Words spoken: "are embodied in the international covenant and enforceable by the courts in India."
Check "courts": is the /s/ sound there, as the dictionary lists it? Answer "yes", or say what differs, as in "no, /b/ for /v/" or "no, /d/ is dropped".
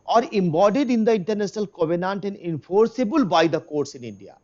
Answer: yes